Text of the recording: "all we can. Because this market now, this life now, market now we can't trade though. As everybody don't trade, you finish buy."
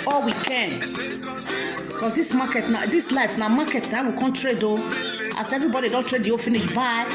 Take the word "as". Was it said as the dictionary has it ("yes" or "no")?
no